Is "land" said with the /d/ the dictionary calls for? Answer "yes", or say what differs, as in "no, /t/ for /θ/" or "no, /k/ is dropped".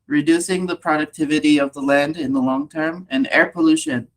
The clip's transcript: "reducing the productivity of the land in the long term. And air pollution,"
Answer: yes